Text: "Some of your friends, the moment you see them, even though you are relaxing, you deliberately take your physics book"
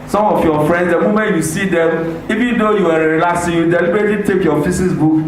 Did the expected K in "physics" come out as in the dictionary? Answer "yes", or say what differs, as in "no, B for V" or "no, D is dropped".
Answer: no, K is dropped